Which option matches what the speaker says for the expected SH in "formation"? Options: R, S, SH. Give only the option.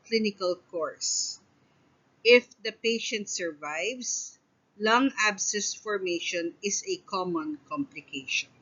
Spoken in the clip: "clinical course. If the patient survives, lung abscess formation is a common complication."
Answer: SH